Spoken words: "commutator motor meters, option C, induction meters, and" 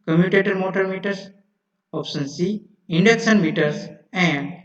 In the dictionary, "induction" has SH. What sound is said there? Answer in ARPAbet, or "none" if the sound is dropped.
S